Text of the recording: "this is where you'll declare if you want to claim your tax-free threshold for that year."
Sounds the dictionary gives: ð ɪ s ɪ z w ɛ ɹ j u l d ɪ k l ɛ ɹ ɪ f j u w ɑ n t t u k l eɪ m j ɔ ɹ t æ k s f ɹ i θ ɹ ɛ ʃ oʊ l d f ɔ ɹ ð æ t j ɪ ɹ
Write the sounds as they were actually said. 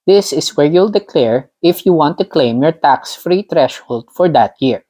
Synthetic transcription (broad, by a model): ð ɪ s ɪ s w ɛ ɹ j u l d ɪ k l ɛ ɹ ɪ f j u w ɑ n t t u k l eɪ m j ɔ ɹ t æ k s f ɹ i t ɹ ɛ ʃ oʊ l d f ɔ ɹ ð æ t j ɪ ɹ